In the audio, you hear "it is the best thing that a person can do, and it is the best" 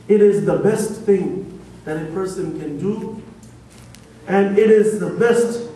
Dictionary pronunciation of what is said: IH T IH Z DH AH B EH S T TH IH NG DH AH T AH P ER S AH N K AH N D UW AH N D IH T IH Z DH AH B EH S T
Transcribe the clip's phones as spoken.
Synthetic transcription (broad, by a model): IH T IH Z DH AH B EH S T TH IH NG DH AH T AH P ER S AH N K AH N D UW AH N IH T IH Z DH AH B EH S T